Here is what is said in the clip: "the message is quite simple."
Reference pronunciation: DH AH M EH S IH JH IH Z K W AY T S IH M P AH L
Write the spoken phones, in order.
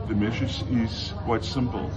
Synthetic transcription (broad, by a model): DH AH M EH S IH Z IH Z K W AY T S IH M P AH L